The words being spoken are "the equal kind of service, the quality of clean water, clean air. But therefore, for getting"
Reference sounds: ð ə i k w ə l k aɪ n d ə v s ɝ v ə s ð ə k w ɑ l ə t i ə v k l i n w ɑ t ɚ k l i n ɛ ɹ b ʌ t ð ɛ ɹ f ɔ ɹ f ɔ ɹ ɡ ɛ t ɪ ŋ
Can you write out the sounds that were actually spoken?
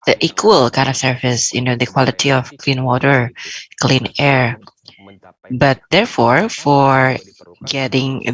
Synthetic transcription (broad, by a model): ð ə i k w ə l k aɪ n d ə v s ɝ f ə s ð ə k w ɑ l ə t i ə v k l i n w ɑ t ɚ k l i n ɛ ɹ b ʌ t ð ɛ ɹ f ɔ ɹ f ɔ ɹ ɡ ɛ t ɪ ŋ